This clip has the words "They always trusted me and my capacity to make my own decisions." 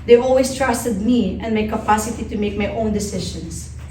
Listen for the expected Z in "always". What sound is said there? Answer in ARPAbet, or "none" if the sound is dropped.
S